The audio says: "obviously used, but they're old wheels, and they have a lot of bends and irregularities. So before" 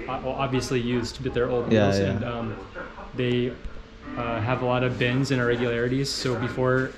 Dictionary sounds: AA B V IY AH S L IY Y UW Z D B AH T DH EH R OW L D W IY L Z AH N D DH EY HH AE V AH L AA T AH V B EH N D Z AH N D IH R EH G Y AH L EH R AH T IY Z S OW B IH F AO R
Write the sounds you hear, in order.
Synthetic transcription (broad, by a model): AA B V IY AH S L IY Y UW Z D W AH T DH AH R OW L D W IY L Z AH N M DH EY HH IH V AH L AA T AH V B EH N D Z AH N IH R EH G Y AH L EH R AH T IY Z S OW B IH F AO R